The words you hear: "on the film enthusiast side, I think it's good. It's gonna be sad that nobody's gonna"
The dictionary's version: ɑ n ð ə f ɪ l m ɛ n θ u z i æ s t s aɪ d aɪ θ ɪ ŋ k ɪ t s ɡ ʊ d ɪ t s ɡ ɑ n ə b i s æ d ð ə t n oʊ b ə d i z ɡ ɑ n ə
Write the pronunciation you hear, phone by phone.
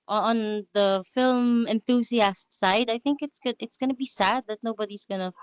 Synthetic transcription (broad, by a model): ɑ n ð ə f ɪ l m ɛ n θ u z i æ s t s aɪ d aɪ θ ɪ ŋ k ɪ t s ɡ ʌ ɪ t s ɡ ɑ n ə b i s æ d ð ə t n oʊ b ə d i z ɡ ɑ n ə